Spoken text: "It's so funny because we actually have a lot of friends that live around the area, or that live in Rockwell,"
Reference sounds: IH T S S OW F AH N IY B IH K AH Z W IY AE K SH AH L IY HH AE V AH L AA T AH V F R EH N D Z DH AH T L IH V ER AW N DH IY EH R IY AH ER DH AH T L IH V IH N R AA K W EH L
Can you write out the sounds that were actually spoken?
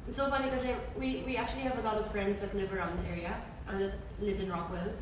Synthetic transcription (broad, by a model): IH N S S OW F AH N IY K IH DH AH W W IY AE K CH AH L IY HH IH V AH L AA T AH V F R EH N D Z DH AH T L IH V ER AW N DH IY EH R IY AH ER DH AH T L IH V IH N R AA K W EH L